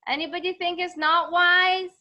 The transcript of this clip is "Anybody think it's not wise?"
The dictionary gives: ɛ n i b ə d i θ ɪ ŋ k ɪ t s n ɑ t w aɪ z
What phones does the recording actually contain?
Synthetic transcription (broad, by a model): ɛ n i b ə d i θ ɪ ŋ k ɪ t s n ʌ t w aɪ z